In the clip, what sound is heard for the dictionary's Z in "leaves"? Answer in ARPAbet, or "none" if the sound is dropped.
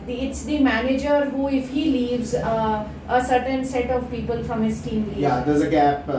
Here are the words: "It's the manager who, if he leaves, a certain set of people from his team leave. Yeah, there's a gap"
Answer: Z